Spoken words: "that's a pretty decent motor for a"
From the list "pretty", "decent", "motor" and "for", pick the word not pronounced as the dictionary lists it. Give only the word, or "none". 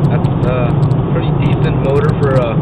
pretty